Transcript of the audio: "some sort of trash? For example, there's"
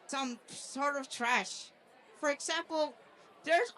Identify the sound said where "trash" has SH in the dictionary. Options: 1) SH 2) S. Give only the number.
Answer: 1